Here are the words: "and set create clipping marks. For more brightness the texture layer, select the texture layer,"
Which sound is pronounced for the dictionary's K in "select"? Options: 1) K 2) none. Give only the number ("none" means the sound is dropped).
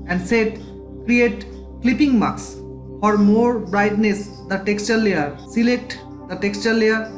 1